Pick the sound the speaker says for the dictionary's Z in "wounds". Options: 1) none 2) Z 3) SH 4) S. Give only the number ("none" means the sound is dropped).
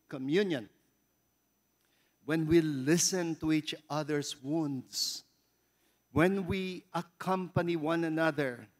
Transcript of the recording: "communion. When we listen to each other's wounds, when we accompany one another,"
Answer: 4